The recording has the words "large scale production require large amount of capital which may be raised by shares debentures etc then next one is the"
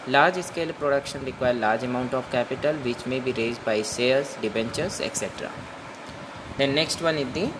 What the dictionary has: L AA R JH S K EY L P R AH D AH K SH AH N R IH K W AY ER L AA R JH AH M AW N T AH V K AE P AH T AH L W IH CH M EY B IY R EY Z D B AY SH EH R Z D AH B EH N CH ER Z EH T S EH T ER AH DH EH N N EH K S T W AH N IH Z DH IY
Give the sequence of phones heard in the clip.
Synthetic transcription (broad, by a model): L AA R JH S K EY L P R AH D AH K SH AH N R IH K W AY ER L AA R JH AH M AW N T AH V K AE P AH T AH L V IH CH M EY B IY R EY Z D B AY S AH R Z D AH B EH N CH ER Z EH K S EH T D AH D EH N N EH K S T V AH N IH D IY